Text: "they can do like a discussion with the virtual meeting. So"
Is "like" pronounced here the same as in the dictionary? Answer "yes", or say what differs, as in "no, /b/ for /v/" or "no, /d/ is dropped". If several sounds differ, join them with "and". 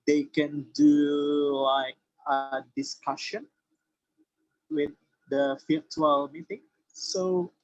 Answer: yes